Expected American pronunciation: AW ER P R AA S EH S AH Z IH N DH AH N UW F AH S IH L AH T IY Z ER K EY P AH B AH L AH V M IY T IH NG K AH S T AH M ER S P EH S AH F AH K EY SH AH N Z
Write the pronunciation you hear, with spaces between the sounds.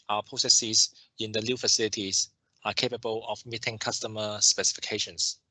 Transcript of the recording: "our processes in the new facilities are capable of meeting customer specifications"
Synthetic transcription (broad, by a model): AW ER P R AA S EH S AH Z IH N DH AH L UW F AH S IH L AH T IY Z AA K EY P AH B AH L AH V M IY T IH NG K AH S T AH M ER S P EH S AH F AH K EY SH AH N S